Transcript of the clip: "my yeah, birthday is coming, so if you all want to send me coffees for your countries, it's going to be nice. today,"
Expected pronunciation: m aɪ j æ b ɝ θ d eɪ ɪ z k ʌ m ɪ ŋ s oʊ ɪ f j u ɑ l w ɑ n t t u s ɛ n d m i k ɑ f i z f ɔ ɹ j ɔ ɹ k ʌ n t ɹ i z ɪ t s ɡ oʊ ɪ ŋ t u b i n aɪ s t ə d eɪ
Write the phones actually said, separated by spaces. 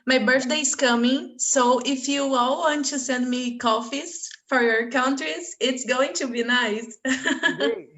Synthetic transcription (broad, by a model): m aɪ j b ɝ θ d eɪ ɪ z k ʌ m ɪ ŋ s oʊ ɪ f j u ɑ l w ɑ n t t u s ɛ n d m i k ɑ f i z f ɔ ɹ j ɔ ɹ k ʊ n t ɹ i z ɪ t s ɡ oʊ ɪ ŋ t u b i n aɪ s